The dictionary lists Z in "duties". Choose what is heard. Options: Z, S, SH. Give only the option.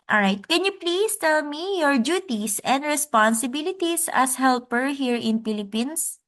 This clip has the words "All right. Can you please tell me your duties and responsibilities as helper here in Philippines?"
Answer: S